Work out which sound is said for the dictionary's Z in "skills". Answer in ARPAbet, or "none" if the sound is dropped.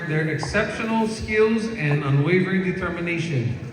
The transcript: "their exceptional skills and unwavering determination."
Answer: Z